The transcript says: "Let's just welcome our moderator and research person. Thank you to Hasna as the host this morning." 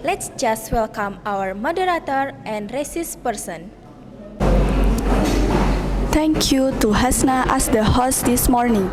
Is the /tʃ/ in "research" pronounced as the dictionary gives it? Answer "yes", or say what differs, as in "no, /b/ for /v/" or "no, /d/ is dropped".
no, /s/ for /tʃ/